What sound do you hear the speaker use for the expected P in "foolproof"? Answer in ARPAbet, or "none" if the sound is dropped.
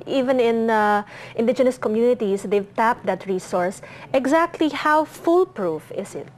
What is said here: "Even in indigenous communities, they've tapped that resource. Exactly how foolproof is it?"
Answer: P